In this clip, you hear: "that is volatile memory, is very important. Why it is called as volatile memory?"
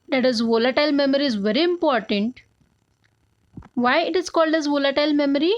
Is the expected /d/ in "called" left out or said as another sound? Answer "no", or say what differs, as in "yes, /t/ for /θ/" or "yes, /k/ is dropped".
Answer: no